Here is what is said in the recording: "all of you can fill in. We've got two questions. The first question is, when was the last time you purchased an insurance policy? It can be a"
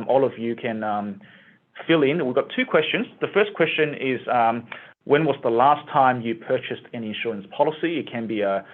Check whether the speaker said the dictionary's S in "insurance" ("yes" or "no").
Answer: yes